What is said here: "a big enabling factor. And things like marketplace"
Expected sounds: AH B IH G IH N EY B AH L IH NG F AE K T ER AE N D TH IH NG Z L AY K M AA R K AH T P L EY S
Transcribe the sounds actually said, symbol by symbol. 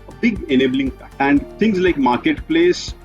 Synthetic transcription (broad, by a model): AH B IH G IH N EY B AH L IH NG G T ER AE N D T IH NG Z L AY K M AA R K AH T P L EY S